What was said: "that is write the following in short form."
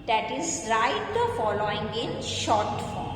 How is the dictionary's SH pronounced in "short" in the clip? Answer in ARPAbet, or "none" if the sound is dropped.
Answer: SH